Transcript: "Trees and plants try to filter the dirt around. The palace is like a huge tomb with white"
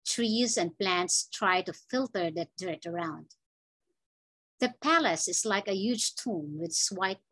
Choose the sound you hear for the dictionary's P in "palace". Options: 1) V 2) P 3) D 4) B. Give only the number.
2